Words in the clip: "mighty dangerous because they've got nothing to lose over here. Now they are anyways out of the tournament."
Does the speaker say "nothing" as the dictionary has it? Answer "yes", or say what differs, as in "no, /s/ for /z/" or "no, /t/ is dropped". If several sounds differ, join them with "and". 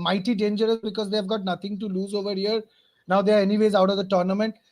no, /t/ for /θ/